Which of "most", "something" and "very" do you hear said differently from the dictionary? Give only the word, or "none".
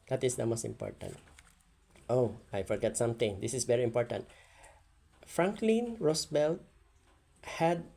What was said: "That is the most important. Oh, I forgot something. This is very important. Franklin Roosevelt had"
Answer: something